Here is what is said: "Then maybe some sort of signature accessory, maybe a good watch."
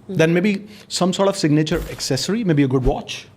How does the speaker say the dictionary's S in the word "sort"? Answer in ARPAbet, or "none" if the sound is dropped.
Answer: S